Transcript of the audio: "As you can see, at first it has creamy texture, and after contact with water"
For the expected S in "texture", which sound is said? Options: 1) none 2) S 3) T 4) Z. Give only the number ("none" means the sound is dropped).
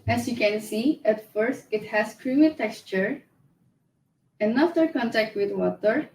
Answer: 2